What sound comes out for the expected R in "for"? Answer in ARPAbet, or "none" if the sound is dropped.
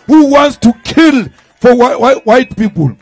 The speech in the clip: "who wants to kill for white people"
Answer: W